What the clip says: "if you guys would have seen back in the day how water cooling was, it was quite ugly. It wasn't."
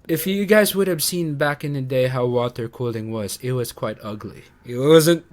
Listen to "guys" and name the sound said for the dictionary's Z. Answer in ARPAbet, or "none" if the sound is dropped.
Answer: Z